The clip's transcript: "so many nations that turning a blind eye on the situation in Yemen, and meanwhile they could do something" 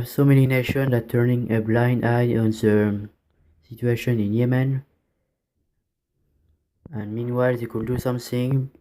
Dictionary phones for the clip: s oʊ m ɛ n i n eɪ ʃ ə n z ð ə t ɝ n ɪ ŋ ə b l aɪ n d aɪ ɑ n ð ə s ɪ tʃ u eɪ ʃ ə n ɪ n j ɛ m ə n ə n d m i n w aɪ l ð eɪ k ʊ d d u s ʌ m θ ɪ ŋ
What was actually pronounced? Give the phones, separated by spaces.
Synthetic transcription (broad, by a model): s oʊ m ɛ n i n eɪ ʃ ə n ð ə t ɝ n ɪ ŋ ə b l aɪ n d aɪ ɑ n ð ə s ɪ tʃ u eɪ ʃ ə n ɪ n j ɛ m ə n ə n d m i n w aɪ l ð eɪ k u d d u s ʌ m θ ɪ ŋ